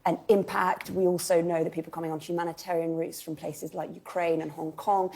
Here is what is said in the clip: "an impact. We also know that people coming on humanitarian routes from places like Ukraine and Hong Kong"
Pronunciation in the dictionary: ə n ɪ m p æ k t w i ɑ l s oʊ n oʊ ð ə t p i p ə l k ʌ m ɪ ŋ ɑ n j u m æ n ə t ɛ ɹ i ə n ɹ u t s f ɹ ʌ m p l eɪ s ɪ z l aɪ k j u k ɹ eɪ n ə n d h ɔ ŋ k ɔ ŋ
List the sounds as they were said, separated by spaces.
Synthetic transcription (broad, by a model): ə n ɪ m p æ k t w i ɑ l s oʊ n oʊ ð ə t p i p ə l k ʌ m ɪ ŋ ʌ n j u m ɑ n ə t ɛ ɹ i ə n ɹ u t s f ɹ ʌ m p l eɪ s ɪ z l aɪ k j u k ɹ eɪ n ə n h ɔ ŋ k ɔ ŋ